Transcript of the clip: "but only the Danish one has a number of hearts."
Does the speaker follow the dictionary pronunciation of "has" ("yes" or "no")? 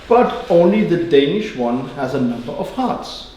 yes